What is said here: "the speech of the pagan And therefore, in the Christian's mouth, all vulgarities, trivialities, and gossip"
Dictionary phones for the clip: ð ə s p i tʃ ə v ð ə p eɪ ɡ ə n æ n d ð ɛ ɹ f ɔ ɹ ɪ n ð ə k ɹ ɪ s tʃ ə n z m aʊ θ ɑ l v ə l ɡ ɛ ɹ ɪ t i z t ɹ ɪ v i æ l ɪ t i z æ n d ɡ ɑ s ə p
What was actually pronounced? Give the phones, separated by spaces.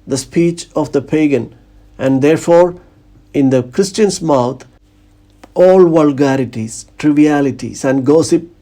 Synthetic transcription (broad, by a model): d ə s p i tʃ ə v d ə p eɪ ɡ ə n æ n d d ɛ ɹ f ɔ ɹ ɪ n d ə k ɹ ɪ s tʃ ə n s m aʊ t ɑ l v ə l ɡ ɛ ɹ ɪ t i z t ɹ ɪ v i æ l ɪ t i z æ n d ɡ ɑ s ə p